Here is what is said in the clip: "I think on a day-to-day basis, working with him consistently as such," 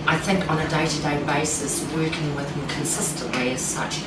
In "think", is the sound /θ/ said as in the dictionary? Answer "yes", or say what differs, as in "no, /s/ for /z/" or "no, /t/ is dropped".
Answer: yes